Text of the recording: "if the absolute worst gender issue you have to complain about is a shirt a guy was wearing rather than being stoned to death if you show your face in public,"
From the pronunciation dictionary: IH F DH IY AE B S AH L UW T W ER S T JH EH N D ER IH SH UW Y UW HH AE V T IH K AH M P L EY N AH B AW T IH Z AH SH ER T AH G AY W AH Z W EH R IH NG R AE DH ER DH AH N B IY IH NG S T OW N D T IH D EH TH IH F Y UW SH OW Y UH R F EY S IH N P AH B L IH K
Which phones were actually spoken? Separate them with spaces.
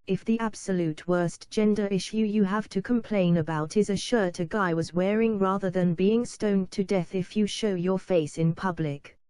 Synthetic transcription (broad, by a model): IH F DH IY AE B S AH L UW T W ER S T JH EH N D ER IH SH UW Y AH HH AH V T IH K AH M P L EY N AH B AW T IH Z AH SH ER T AH G AY W AH Z W EH R IH NG R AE DH ER DH AH N B IY IH NG S T OW N T IH D EH TH IH F Y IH SH OW Y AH R F EY S IH N P AH B L IH K